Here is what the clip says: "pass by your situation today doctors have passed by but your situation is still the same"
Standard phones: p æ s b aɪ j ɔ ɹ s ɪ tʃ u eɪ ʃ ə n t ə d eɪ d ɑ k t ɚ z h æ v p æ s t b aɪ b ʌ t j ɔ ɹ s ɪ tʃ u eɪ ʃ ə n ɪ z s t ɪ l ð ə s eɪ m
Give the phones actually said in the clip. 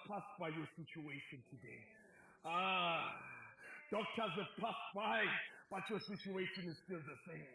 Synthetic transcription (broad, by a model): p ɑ s b aɪ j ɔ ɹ s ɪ tʃ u eɪ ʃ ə n t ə d eɪ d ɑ k t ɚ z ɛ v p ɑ s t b aɪ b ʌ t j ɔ s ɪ tʃ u eɪ ʃ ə n ɪ z s t ɪ l ð ə s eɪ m